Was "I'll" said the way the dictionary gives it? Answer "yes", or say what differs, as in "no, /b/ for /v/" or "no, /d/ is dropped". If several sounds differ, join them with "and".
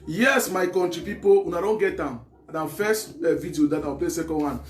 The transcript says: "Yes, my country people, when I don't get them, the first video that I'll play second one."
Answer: no, /w/ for /l/